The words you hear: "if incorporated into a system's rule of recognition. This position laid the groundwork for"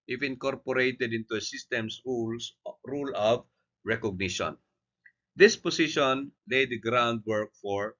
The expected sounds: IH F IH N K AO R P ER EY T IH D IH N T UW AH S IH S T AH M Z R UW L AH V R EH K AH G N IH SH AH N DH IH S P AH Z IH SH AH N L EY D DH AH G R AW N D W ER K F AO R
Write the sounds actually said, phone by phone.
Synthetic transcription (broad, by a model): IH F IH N K AO R P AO EY T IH D IH N T UW AH S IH S T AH M S R UW L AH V R EH K AH G N IH SH AH N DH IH S P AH S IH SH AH N L EY D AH G R AW N D W ER K F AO R